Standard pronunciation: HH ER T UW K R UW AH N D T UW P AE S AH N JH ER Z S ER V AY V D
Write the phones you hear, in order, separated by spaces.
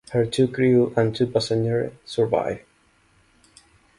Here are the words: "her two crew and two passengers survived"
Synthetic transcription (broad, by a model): HH ER T UW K R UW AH N T UW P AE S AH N ER S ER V AY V